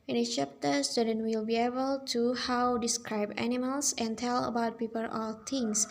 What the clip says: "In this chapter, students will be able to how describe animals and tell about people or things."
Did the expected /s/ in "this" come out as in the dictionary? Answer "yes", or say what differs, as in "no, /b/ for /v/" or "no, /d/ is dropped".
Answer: no, /s/ is dropped